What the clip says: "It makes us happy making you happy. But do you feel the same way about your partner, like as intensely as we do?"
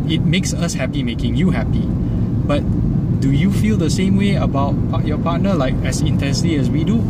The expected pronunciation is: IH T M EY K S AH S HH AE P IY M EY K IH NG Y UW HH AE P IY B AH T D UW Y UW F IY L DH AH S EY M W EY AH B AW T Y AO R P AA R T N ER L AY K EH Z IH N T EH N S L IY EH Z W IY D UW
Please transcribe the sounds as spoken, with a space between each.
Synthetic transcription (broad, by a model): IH T M EY K S AH S HH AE P IY M EY K IH NG Y UW HH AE P IY B AH T D UW Y UW F IY L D AH S EY M W EY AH B AW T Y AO P AA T N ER L AY K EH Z IH N T EH N S L IY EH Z W IY D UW